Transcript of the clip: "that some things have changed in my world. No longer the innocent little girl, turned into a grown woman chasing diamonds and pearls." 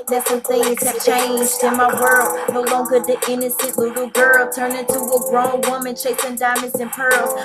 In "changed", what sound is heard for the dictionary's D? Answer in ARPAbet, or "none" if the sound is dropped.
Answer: D